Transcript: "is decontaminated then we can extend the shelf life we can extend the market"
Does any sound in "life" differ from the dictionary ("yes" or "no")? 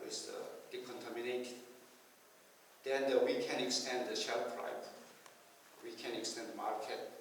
yes